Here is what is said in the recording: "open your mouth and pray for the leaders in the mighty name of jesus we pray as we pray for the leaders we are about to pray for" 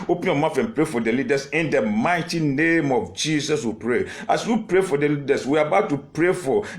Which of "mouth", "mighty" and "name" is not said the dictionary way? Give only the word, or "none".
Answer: mouth